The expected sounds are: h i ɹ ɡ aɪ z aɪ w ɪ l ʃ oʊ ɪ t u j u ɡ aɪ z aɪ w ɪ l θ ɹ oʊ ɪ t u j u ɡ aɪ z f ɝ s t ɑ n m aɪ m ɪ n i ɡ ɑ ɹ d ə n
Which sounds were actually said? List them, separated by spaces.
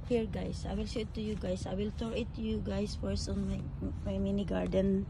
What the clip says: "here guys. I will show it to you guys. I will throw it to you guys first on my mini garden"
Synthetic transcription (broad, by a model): h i ɹ ɡ aɪ s aɪ w ɪ l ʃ ɪ t u j u ɡ aɪ s aɪ w ɪ l t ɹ ɪ t u j u ɡ aɪ s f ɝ s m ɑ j m aɪ m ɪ n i ɡ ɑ ɹ d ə n